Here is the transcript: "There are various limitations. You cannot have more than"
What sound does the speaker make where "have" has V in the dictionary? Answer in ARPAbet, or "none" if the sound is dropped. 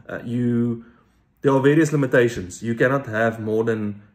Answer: V